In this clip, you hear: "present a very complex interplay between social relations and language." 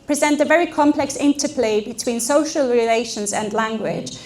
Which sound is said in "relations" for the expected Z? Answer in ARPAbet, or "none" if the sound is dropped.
Z